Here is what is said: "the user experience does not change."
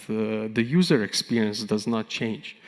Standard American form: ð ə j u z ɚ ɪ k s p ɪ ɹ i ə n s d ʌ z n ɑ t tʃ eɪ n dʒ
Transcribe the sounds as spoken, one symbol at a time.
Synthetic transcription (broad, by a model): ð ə j u z ɚ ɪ k s p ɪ ɹ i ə n s d ʌ z n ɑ t tʃ eɪ n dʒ